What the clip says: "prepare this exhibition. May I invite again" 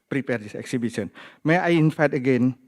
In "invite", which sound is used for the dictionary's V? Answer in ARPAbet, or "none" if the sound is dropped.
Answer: F